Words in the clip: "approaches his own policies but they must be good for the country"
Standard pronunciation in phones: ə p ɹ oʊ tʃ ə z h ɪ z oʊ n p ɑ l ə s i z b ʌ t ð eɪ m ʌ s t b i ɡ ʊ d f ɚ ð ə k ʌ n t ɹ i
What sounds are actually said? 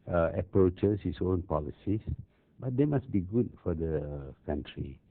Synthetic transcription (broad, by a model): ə p ɹ oʊ tʃ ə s h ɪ s oʊ n p ɑ l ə s i s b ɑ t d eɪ m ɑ s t b i ɡ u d f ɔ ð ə k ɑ n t ɹ i